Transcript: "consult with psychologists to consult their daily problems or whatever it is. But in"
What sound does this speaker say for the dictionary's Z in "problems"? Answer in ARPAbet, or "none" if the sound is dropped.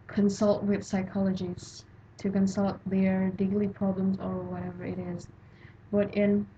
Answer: Z